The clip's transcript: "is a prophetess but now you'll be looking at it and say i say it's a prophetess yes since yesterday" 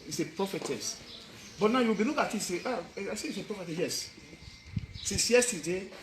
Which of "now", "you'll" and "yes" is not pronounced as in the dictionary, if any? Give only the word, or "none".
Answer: you'll